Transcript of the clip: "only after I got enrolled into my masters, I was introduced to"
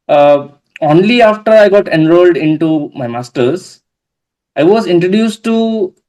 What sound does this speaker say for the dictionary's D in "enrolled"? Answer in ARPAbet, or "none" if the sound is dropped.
D